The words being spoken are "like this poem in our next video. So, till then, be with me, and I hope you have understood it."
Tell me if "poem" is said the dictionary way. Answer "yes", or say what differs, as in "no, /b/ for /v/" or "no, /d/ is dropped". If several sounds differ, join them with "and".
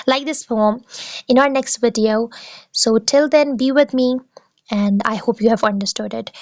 no, /f/ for /p/